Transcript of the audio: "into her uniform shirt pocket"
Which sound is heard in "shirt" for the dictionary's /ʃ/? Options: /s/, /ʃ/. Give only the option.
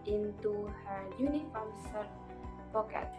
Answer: /s/